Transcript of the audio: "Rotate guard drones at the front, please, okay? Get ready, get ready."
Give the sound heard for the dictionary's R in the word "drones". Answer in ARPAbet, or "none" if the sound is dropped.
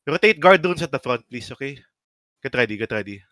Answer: none